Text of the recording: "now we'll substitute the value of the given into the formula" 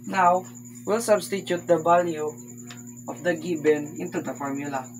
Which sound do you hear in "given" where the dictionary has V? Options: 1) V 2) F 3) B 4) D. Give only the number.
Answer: 3